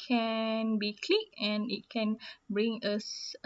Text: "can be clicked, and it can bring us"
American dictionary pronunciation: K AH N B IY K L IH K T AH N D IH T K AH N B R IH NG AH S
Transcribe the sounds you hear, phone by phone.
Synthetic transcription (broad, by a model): K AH N B IY K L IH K AH N IH T K AH N B R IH NG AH S